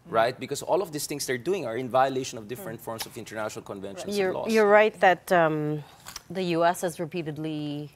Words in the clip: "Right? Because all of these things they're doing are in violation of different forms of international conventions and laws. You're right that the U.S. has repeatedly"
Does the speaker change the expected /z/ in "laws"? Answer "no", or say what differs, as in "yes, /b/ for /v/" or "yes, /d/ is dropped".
yes, /z/ is dropped